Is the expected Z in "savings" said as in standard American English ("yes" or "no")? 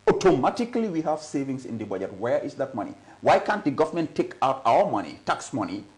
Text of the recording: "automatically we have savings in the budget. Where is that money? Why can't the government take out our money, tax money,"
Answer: no